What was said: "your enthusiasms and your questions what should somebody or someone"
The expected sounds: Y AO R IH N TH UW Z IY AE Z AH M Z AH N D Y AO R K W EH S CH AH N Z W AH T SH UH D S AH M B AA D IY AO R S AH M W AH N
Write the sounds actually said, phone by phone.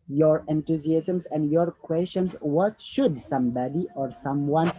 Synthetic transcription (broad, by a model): Y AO R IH N T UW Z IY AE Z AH M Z AH N D Y AO R K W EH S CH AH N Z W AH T SH UH D S AH M B AA D IY AO R S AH M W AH N